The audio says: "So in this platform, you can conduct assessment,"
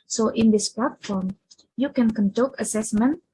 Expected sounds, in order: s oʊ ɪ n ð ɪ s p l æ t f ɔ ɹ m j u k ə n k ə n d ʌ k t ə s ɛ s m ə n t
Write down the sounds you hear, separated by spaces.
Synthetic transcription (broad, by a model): s oʊ ɪ n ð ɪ s p l æ t f ɔ ɹ m j u k ə n k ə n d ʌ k ə s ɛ s m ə n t